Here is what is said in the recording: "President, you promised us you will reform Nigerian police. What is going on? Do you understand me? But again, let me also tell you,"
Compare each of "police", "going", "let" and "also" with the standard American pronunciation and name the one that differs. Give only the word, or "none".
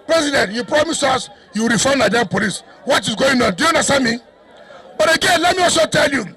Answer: also